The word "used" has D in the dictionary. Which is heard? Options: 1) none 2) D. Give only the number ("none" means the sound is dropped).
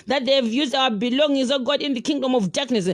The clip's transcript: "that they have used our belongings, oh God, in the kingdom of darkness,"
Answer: 2